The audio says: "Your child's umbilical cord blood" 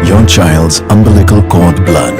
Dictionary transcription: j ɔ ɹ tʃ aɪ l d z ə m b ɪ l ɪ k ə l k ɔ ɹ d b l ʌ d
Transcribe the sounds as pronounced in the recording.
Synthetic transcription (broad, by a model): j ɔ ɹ tʃ aɪ l d z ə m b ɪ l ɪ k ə l k ɔ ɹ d b l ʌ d